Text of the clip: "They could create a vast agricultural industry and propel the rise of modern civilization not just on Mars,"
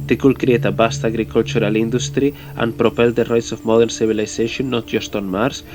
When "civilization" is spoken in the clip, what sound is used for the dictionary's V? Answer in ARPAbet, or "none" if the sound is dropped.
B